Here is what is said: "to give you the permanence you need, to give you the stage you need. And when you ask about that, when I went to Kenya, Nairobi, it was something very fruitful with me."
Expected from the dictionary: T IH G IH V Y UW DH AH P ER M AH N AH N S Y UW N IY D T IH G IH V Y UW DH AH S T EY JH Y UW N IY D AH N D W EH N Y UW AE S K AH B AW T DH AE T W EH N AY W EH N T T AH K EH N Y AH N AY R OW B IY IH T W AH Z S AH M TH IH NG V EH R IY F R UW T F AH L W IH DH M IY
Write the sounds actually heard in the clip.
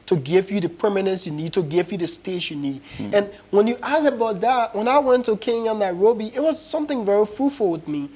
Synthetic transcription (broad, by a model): T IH G IH V Y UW DH AH P ER M AH N AH N S Y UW N IY D T IH G IH V Y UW DH AH S T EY SH Y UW N IY D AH N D W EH N Y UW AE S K AH B AW T DH AE T W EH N AY W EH N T T AH K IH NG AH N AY R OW B IY IH T W AH Z S AH M TH IH NG V EH R IY F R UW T F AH L W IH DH M IY